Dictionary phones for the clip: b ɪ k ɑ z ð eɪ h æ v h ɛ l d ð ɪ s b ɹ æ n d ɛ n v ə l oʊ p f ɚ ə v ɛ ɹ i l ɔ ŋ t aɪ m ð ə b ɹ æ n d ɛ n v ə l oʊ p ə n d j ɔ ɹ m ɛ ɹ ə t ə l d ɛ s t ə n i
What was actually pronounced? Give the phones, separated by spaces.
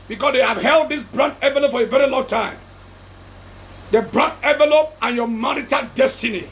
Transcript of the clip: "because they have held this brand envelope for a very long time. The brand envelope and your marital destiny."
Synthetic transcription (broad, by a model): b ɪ k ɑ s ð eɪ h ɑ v h ɛ l d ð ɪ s b ɹ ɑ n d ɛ v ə l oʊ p f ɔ ə v ɛ ɹ i l ɔ ŋ t aɪ m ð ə b ɹ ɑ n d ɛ v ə l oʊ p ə n j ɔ m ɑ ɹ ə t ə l d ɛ s t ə n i